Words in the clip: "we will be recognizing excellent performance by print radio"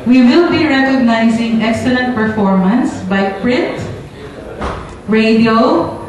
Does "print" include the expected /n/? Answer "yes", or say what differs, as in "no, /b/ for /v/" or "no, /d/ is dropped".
no, /n/ is dropped